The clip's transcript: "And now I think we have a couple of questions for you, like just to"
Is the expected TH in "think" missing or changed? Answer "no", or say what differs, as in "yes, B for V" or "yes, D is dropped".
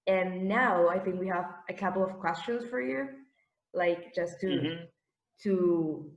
no